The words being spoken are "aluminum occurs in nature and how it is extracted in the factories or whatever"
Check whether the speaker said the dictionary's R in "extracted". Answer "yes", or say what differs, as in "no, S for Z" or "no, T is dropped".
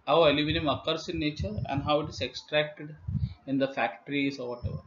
yes